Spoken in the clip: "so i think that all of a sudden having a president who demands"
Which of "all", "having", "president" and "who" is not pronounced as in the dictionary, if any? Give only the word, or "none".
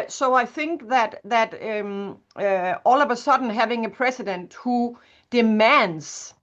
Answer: president